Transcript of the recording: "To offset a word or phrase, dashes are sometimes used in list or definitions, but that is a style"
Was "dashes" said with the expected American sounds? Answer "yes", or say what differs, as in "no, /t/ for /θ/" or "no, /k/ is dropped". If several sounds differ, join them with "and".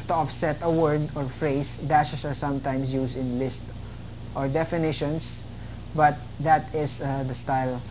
no, /s/ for /z/